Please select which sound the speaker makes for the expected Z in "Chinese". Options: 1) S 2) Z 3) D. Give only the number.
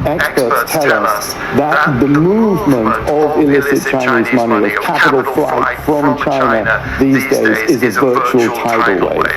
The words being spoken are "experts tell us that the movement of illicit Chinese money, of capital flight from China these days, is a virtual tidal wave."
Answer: 2